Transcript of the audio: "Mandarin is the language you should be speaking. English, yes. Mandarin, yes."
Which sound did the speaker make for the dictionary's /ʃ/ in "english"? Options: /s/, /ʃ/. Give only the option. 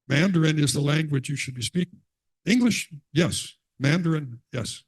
/ʃ/